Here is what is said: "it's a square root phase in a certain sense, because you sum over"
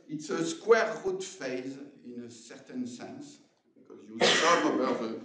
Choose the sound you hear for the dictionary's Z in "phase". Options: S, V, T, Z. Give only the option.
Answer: Z